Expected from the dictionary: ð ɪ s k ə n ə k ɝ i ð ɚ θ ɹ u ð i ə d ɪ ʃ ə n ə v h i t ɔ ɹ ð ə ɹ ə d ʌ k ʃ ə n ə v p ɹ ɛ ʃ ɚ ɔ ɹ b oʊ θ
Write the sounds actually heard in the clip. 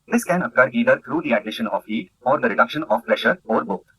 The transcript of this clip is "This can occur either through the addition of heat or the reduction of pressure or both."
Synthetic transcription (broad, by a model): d ɪ s k ə n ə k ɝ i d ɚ t ɹ u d i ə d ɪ ʃ ə n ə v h i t ɔ ɹ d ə ɹ ə d ʌ k ʃ ə n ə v p ɹ ɛ ʃ ɚ ɔ ɹ b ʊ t